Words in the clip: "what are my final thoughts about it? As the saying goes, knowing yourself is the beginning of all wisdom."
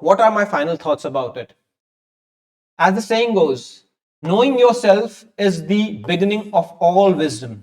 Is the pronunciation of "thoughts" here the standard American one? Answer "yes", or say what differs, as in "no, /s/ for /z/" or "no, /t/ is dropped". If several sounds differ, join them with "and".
no, /t/ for /θ/